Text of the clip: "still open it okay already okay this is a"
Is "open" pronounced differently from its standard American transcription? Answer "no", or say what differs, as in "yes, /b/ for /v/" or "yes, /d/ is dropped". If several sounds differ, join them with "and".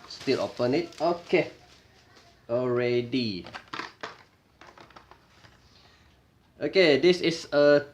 no